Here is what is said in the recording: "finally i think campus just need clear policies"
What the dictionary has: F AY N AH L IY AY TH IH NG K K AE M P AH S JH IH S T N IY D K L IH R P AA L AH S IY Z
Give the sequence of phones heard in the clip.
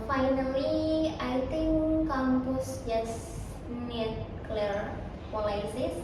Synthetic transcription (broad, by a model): F AY N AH L IY AY T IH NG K K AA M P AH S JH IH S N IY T K L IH R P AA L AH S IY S